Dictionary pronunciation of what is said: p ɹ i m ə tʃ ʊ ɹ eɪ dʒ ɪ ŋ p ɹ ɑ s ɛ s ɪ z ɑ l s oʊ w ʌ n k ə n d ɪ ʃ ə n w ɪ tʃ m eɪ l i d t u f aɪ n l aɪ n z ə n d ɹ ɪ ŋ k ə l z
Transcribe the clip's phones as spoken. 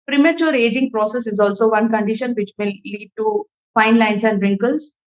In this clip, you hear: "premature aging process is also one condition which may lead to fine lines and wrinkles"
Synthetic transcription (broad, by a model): p ɹ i m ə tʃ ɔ ɹ eɪ dʒ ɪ ŋ p ɹ ɑ s ɛ s ɪ z ɑ l s oʊ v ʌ n k ə n d ɪ ʃ ə n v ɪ tʃ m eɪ l i d t u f aɪ n l aɪ n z ə n d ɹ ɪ ŋ k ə l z